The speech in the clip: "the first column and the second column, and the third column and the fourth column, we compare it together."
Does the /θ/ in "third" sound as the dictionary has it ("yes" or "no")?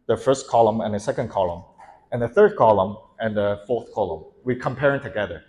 yes